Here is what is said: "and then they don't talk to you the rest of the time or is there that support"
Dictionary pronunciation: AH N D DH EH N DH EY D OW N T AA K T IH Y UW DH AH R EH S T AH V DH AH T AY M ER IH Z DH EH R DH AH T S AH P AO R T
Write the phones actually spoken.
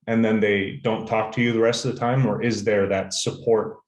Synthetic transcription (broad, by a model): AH N DH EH N DH EY D OW N T AA K T IH Y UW DH AH R EH S T AH V DH AH T AY M ER IH Z DH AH R DH AH T S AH P AO R T